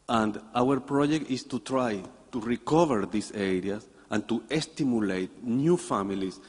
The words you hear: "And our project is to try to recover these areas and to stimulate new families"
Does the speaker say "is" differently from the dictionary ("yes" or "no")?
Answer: yes